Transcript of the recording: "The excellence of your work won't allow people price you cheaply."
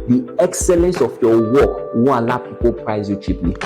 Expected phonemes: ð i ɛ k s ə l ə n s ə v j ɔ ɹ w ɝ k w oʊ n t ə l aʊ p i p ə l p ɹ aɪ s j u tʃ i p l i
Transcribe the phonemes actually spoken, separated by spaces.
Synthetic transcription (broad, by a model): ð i ɛ k s ə l ə n s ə f j ɔ w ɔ k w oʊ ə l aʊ p i p ə l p ɹ aɪ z j u tʃ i p l i